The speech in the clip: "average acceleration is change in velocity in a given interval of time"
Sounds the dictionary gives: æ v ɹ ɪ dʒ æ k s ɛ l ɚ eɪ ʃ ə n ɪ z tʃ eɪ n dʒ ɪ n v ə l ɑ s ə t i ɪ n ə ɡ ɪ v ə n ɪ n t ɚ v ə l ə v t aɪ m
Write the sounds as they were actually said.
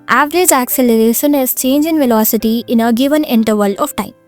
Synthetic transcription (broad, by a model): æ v ɹ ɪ dʒ æ k s ɛ l ɚ eɪ ʃ ə n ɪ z tʃ eɪ n dʒ ɪ n v ə l ɑ s ə t i ɪ n ə ɡ ɪ v ə n ɪ n t ɚ v ə l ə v t aɪ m